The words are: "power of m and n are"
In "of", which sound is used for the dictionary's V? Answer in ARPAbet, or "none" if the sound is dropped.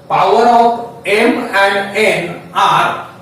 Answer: P